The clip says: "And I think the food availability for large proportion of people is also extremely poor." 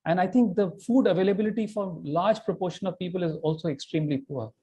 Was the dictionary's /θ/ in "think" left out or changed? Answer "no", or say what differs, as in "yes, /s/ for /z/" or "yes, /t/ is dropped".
yes, /t/ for /θ/